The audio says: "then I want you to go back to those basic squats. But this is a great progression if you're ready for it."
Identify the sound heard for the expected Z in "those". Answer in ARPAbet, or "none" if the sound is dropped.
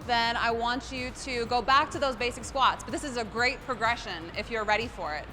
Z